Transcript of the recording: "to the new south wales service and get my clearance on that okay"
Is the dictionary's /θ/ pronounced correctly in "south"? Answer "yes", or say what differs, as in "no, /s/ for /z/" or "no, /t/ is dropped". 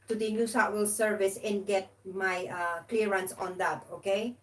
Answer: no, /t/ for /θ/